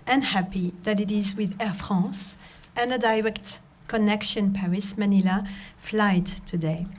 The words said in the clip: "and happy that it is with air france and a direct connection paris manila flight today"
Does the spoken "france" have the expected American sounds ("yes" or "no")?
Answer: no